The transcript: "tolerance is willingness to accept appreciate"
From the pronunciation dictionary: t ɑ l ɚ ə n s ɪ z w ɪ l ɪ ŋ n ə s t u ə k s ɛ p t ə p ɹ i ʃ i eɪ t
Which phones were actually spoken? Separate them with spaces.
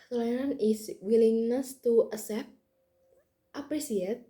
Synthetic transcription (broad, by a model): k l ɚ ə n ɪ s w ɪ l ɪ ŋ n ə s t u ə s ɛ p t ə p ɹ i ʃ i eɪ t